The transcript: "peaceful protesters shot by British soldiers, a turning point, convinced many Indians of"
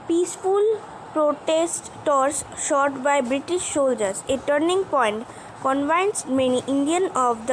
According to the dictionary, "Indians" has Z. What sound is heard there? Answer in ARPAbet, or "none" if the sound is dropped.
none